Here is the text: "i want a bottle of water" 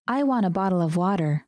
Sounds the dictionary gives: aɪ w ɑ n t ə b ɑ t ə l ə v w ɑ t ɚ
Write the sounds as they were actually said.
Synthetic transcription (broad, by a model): aɪ w ɑ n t ə b ɑ t l ə v w ɑ t ɚ